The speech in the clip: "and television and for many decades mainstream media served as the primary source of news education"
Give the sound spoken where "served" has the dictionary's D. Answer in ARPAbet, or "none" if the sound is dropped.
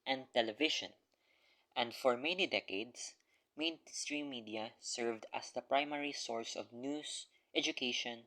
D